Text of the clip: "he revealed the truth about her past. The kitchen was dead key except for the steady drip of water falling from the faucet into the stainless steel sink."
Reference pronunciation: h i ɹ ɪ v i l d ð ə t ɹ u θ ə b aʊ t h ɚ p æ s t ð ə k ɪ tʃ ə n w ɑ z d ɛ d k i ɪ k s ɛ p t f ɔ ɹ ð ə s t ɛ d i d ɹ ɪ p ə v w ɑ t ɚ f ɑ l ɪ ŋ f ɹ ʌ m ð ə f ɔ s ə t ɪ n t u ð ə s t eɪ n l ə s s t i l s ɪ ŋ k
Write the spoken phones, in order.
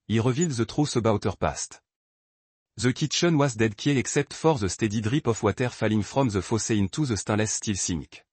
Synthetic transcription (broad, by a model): i ɹ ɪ v i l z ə t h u s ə b aʊ t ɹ p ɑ s t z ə k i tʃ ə n w ɑ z d ɛ d k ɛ ɪ k s ɛ p t f ɔ ɹ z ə s t ɛ d i d ɹ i p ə f w ɑ t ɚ f ɑ l ɪ ŋ f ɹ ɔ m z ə f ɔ s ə ɪ n t u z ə s t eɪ l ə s s t i l s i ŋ k